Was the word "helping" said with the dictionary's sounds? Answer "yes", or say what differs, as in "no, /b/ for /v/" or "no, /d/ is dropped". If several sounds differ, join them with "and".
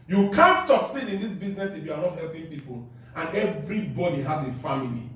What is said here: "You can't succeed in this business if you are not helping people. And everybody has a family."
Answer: yes